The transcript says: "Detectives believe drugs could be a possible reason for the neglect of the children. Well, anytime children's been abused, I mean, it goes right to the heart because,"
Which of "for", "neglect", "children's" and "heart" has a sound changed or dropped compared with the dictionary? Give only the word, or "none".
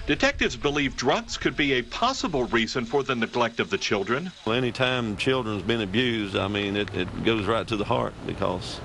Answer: none